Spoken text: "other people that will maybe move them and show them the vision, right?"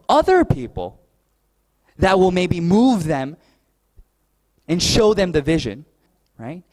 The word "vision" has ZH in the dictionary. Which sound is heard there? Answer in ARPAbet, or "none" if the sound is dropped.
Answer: ZH